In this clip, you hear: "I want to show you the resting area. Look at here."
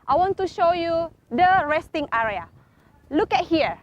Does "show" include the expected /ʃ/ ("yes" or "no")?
yes